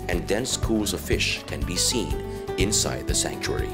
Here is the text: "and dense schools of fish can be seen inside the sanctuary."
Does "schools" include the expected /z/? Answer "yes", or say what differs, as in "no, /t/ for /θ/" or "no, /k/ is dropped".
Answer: yes